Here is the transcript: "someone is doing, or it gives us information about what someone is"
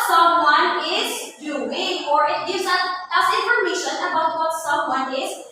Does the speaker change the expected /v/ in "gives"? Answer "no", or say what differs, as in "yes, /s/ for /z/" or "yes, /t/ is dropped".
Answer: yes, /v/ is dropped